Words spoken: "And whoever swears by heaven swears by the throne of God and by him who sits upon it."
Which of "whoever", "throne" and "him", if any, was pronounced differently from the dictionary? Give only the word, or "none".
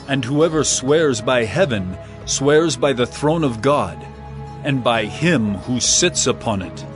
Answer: none